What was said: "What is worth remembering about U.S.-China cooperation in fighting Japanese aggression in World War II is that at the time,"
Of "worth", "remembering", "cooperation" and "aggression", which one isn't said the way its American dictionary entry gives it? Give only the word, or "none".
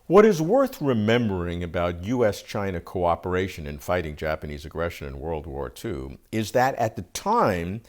none